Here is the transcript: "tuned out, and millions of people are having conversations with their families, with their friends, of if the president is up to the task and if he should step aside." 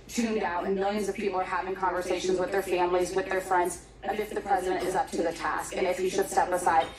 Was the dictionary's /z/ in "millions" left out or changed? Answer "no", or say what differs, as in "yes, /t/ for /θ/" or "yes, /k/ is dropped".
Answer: no